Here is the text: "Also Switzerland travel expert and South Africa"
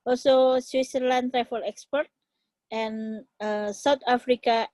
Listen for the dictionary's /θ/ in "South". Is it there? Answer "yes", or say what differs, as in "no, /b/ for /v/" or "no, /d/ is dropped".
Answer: no, /t/ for /θ/